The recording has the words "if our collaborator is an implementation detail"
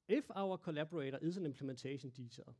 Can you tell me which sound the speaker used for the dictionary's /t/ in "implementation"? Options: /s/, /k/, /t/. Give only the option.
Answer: /s/